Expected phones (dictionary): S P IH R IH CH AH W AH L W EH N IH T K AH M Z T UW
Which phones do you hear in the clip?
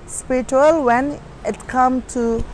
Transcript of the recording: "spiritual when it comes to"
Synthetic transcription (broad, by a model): S P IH R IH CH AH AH L W EH N IH T K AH M T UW